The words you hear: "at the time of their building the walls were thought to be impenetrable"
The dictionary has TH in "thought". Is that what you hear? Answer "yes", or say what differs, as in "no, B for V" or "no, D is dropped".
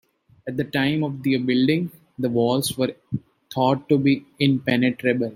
no, T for TH